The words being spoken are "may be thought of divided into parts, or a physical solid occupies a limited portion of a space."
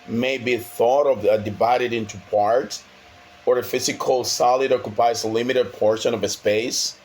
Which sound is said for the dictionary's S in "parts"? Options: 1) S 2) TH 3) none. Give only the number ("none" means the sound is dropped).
3